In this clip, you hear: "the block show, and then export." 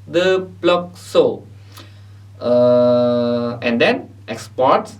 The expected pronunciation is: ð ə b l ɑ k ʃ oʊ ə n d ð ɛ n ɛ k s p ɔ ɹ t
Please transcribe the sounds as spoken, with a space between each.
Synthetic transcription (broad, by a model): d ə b l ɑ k s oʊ ə n d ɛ n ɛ k s p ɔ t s